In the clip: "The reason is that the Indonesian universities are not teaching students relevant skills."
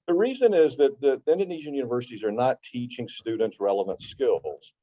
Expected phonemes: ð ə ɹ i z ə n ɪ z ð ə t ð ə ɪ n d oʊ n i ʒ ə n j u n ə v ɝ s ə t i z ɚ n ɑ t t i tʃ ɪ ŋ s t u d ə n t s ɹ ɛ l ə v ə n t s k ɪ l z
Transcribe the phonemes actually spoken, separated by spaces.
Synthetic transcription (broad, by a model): ð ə ɹ i z ə n ɪ z ð ə t ð ə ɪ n d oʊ n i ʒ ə n j u n ə v ɝ s ə t i z ɚ n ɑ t t i tʃ ɪ ŋ s t u d n t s ɹ ɛ l ə v ə n t s k ɪ l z